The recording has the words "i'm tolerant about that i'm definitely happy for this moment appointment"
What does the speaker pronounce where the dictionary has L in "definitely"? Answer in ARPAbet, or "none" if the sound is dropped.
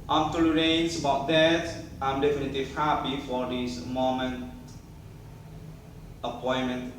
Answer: L